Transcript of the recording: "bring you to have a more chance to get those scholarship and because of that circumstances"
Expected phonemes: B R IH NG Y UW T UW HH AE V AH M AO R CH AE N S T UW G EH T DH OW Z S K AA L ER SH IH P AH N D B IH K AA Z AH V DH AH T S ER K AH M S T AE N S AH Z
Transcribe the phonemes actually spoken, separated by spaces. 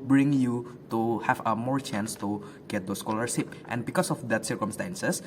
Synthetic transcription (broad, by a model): B R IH NG Y UW T UW HH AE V AH M AO R CH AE N S T UW G EH T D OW S K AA L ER S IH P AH N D B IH K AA S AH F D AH T S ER K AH M S T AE N S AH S